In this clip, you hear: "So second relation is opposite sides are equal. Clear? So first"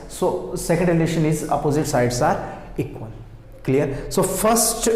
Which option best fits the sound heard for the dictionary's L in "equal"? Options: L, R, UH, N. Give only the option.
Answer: N